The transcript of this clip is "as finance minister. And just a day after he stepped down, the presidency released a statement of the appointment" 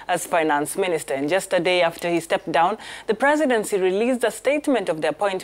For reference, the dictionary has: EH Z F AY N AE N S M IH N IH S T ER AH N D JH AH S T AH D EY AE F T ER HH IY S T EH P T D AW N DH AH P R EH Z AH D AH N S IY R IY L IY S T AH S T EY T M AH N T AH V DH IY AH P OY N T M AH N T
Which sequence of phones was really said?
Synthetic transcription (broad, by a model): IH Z F AY N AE N S M IH N IH S T ER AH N JH AH S T AH D EY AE F T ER HH IY S T EH P D AW N DH AH P R EH Z AH D AH N S IY R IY L IY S AH S T EY T M AH N T AH V DH IY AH P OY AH N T